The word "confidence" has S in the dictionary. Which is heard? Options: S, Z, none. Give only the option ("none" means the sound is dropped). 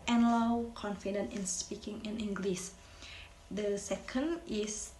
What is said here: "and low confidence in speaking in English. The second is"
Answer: none